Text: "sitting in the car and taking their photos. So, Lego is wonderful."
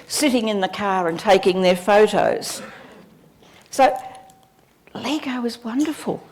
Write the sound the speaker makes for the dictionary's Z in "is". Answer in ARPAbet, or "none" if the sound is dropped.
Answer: Z